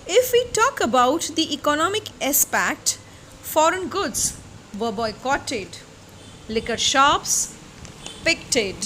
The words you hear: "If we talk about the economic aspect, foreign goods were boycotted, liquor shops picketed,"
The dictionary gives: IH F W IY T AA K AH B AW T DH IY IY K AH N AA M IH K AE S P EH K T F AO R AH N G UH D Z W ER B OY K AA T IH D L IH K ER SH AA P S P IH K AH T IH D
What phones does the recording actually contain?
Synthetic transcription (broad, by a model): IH F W IY T AA K AH B AW T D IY IY K AH N AA M IH K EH S P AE K T F AO R AH N G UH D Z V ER B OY K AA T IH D L IH K ER SH AA P S P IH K T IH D